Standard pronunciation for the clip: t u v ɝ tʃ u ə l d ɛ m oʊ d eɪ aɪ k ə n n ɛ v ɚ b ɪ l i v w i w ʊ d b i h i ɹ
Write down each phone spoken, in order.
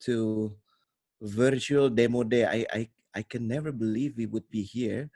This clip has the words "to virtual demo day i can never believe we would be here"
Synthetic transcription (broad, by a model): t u v ɝ tʃ u ə l d ɛ m oʊ d eɪ aɪ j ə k n ɛ v ɚ b ɪ l i v w i w ʊ d b i h i ɹ